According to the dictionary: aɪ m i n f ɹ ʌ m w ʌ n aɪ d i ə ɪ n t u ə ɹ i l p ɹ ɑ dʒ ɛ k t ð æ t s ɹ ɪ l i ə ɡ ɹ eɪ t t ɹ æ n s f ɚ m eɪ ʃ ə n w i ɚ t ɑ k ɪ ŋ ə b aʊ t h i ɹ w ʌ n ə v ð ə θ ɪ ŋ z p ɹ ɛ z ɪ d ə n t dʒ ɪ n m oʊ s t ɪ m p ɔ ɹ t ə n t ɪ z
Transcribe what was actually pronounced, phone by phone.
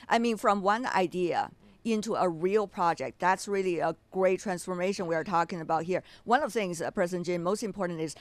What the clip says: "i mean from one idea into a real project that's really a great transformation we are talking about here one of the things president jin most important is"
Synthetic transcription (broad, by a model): aɪ m i n f ɹ ʌ m w ʌ n aɪ d i ə ɪ n t u ə ɹ i l p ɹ ɑ dʒ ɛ k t ð æ t s ɹ ɪ l i ə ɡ ɹ eɪ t t ɹ æ n s f ɚ m eɪ ʃ ə n w i ɚ t ɑ k ɪ ŋ ə b aʊ t h i ɹ w ʌ n ə v θ ɪ ŋ z p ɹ ɛ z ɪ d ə n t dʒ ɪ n m oʊ s t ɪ m p ɔ ɹ t n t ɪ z